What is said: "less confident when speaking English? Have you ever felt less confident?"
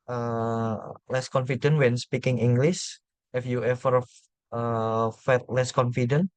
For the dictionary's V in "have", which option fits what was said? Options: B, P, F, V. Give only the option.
F